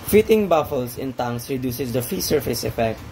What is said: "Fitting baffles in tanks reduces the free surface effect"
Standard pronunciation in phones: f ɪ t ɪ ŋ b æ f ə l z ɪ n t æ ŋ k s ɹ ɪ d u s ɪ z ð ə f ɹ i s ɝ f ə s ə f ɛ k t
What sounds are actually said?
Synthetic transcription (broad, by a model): f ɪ t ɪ ŋ b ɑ f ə l s ɪ n t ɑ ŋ s ɹ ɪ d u s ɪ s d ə f i s ɝ f ə s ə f ɛ k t